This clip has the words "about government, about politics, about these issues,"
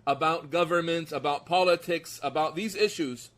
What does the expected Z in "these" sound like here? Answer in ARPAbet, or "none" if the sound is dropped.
Z